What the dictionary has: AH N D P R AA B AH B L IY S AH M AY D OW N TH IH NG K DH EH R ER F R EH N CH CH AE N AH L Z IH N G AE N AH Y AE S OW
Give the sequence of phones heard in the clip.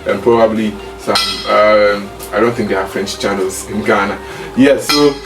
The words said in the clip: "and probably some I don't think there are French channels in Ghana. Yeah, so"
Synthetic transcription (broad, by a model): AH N P R AA B AH B L IY S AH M AY D OW N TH IH NG K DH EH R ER F R EH N CH CH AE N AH L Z IH N G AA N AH Y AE S OW